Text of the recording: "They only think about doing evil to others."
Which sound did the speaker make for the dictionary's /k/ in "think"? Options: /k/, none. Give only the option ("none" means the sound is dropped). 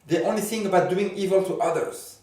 none